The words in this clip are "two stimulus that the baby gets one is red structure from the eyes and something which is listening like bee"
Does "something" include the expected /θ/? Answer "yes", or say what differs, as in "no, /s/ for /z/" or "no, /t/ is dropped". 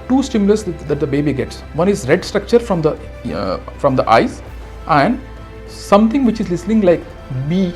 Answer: no, /t/ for /θ/